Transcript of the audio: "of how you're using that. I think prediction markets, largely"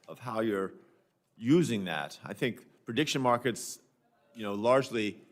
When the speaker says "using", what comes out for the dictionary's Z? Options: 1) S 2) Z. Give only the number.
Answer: 2